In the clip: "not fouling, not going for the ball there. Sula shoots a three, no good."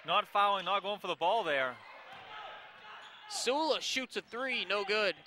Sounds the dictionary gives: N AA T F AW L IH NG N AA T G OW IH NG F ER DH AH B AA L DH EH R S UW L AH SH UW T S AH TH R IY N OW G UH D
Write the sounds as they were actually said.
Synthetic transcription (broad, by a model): N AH T F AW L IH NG N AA T G OW IH NG F ER DH AH B AA L DH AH R S UW L AH SH UW T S AH TH R IY N OW G UH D